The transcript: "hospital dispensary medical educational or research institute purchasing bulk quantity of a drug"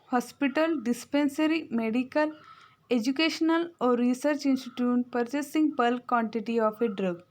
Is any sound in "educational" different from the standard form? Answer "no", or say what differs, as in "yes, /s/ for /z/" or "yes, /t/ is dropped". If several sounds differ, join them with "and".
no